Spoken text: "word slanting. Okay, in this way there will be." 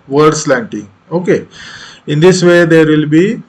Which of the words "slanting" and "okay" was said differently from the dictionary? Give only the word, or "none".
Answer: none